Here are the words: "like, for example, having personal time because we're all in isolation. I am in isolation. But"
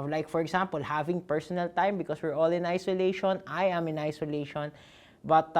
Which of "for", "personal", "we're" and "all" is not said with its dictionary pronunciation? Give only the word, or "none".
none